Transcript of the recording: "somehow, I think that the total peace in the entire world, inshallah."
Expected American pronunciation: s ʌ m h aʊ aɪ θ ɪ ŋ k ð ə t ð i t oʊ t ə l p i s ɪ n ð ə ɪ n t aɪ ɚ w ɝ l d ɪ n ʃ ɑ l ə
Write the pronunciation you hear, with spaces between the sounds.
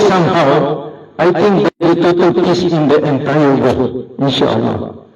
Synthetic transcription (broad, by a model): s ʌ m h aʊ aɪ t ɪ ŋ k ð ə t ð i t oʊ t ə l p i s ɪ n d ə ɪ n t aɪ ɚ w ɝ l ɪ n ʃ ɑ l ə